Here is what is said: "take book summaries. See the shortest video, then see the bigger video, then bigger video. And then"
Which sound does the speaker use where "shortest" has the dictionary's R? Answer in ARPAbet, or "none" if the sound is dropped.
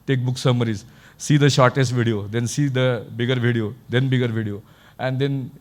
R